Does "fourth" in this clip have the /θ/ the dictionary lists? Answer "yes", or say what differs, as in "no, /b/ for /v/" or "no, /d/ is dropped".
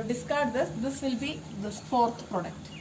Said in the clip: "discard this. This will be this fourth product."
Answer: no, /t/ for /θ/